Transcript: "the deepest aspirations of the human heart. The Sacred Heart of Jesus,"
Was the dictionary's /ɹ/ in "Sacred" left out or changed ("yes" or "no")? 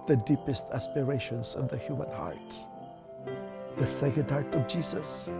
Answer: yes